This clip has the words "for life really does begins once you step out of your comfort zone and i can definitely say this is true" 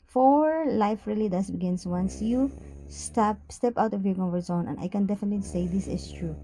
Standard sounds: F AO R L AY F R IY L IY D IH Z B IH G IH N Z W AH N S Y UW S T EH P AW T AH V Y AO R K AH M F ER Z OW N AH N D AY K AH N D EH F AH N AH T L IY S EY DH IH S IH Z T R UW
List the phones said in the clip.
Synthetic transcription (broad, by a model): F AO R L AY F R IY L IY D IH S B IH G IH N S W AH N S Y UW S T EH P AW T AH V Y AO R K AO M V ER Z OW N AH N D AY K AH N D EH F AH N AH T L IY S EY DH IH S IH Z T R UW